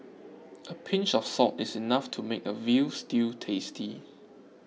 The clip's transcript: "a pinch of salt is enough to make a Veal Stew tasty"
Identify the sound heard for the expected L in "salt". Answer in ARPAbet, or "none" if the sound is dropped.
none